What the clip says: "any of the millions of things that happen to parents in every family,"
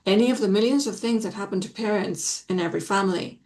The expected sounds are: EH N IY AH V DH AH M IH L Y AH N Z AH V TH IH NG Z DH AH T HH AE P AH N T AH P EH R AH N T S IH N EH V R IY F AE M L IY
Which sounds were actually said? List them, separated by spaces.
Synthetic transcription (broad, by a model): EH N IY AH V DH AH M IH L Y AH N Z AH V TH IH NG Z DH AH T HH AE P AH N T AH P EH R AH N T S IH N EH V R IY F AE M L IY